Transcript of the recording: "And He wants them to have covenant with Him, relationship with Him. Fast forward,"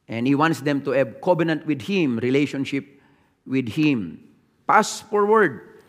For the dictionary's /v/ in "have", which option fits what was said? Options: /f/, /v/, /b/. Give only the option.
/b/